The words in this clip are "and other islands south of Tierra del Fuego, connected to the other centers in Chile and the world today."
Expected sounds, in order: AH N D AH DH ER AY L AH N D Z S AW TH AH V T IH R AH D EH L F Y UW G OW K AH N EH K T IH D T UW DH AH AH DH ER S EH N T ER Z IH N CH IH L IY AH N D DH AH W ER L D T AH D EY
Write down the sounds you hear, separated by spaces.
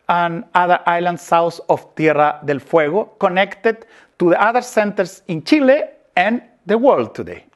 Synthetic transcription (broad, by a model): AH N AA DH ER AY L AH N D S AW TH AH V T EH R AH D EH L F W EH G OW K AH N EH K T IH D T UW DH AH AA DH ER S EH N T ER S IH N CH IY L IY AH N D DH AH W ER L D T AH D EY